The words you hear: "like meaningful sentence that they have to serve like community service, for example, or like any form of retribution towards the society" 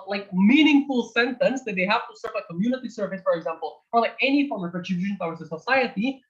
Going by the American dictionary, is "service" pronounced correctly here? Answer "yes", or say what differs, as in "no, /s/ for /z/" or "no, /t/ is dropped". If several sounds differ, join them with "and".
yes